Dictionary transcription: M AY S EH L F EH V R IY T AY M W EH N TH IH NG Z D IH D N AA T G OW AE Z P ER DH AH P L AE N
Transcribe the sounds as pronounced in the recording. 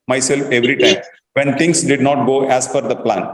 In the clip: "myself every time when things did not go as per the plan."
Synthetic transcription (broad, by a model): M AY S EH L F EH V R IY T AY M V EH N T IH NG S D IH D N AA T G OW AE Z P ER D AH P L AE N